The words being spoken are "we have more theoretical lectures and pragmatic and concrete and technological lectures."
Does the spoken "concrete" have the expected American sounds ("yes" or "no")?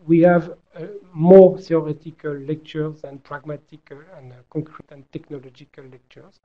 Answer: no